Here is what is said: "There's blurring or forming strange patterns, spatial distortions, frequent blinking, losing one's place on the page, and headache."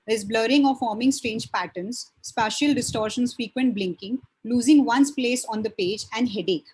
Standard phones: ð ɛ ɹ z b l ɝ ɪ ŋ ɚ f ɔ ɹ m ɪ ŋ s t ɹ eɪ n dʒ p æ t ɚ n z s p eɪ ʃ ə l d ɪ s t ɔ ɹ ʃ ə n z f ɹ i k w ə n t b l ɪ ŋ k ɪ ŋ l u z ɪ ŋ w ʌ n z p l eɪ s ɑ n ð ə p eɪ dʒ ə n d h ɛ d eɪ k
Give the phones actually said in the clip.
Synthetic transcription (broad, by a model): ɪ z b l ɝ ɪ ŋ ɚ f ɔ ɹ m ɪ ŋ s t ɹ eɪ n dʒ p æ t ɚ n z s p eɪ ʃ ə l d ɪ s t ɔ ɹ ʃ ə n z f ɹ i k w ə n t b l ɪ ŋ k ɪ ŋ l u z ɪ ŋ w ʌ n s p l eɪ s ɑ n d ə p eɪ dʒ ə n d h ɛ d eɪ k